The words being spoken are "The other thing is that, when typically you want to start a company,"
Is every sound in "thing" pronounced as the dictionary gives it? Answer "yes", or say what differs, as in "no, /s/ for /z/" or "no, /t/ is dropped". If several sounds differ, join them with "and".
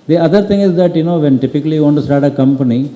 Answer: no, /t/ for /θ/